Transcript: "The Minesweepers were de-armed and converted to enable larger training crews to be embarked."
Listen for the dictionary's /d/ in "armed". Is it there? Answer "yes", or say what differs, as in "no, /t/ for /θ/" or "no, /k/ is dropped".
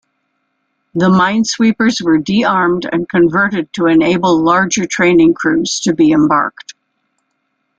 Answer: yes